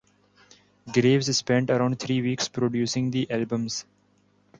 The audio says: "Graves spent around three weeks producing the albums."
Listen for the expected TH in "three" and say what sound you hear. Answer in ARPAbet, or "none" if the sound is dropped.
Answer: T